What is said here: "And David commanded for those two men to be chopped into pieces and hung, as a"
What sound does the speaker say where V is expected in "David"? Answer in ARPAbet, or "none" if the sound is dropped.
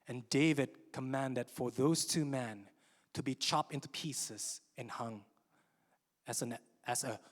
V